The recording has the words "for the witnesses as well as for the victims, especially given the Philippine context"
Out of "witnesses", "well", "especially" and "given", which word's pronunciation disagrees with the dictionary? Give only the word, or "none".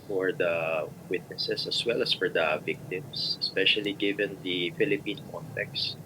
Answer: witnesses